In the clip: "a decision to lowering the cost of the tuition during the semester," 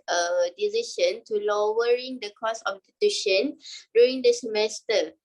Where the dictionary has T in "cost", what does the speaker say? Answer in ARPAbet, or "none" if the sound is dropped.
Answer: none